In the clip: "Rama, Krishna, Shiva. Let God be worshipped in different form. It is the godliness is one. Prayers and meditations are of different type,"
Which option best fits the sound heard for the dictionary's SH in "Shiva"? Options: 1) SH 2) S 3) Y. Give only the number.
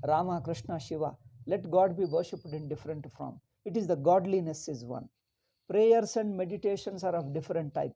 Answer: 1